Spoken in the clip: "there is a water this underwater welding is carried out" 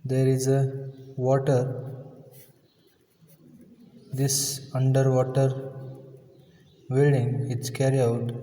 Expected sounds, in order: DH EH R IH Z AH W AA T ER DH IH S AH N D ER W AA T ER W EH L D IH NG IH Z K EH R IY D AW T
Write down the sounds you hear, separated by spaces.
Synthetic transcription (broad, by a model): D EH R IH Z AH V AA T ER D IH S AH N D ER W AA T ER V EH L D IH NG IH S K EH R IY AW T